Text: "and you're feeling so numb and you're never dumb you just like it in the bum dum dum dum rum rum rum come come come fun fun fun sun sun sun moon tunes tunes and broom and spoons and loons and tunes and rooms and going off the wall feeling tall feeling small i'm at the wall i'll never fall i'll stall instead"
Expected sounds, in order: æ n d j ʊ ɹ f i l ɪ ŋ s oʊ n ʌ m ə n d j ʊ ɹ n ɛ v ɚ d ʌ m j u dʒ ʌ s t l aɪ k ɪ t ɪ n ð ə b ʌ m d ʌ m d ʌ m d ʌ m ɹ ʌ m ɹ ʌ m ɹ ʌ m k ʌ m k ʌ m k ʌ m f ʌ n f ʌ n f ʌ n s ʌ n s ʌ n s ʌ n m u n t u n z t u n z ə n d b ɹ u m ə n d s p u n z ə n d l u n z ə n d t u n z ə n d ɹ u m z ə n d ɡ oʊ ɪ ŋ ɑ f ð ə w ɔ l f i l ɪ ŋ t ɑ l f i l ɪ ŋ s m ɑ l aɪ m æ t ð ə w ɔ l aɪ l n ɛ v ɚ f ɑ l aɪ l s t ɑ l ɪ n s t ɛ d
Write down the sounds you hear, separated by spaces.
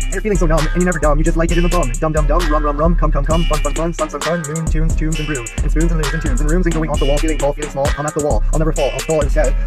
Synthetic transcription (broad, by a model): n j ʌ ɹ f i l ɪ ŋ s oʊ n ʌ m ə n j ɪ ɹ n ɛ v ɚ d ʌ m j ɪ dʒ ʌ s t l aɪ k ɪ t ɪ n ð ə b ʌ m d ʌ m d ʌ m d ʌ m ɹ ʌ m ɹ ʌ m ɹ ʌ m k ʌ m k ʌ m k ʌ m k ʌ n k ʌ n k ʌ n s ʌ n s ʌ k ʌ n m u n t u n z t u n z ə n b ɹ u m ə n s p u n z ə n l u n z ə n t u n z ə n ɹ u m z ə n ɡ oʊ ɪ ŋ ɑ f ð ə w ɔ l f i l ɪ ŋ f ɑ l f i l ɪ ŋ s m ɑ l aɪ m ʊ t ð ə w ɔ l aɪ l n ɛ v ɚ f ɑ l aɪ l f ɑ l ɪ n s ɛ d